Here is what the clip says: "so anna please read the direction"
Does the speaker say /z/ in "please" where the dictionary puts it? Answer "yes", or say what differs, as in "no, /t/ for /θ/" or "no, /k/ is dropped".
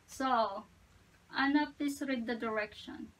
no, /s/ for /z/